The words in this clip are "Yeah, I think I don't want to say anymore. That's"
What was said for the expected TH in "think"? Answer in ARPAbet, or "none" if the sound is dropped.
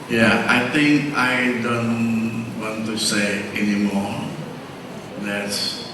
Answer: T